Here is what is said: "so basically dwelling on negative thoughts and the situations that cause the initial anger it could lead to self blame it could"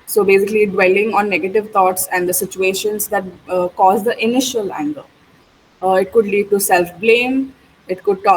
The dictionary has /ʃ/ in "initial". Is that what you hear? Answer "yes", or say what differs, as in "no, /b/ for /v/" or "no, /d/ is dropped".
yes